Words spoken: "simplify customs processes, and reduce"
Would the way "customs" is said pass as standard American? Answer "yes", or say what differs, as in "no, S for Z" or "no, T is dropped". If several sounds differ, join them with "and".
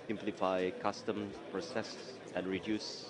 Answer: no, Z is dropped